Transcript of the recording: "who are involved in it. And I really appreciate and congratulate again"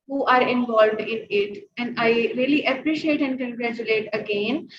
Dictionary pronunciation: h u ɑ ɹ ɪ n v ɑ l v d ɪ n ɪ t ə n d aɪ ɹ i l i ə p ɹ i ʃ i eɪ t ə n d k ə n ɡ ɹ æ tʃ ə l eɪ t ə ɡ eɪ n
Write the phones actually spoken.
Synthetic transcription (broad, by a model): h u ɑ ɹ ɪ n v ɑ l v d ɪ n ɪ t ə n d aɪ ɹ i l i ə p ɹ i ʃ i eɪ t ə n d k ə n ɡ ɹ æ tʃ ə l eɪ t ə ɡ eɪ n